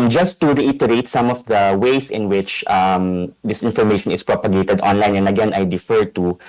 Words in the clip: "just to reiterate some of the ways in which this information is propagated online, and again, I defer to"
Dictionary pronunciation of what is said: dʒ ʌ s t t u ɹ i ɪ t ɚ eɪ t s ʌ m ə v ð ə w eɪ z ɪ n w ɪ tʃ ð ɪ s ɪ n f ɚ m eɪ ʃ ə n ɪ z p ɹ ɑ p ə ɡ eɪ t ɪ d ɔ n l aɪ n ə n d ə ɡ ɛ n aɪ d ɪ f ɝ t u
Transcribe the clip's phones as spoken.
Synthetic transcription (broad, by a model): dʒ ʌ s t t u ɹ i ɪ t ɚ eɪ t s ʌ m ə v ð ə w eɪ s ɪ n w ɪ tʃ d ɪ s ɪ n f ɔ m eɪ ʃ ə n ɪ s p ɹ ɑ p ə ɡ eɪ t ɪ d ɔ n l aɪ n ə n ə ɡ ɛ n aɪ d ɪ f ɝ t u